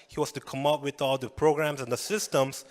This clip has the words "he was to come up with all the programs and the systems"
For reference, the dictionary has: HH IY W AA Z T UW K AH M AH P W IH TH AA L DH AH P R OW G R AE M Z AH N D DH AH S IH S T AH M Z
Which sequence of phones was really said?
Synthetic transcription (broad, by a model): HH IY W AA S T UW K AH M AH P W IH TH AA L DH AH P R OW G R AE M S AH N D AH S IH S T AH M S